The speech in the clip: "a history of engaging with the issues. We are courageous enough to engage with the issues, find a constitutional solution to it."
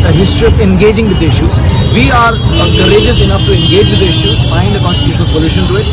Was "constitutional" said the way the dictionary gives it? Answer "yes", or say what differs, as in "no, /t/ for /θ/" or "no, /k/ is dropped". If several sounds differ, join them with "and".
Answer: yes